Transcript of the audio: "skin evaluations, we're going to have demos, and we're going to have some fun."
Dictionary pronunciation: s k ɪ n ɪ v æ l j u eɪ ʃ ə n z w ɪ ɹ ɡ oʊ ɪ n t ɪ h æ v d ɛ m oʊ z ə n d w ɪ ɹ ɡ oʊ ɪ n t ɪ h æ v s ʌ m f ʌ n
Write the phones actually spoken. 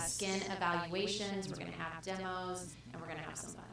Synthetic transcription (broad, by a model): s k ɪ n ɪ v æ l j u eɪ ʃ ə n z w ɪ ɹ ɡ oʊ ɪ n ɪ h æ v d ɛ m oʊ z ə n w ɪ ɹ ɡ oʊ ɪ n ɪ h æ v s ʌ m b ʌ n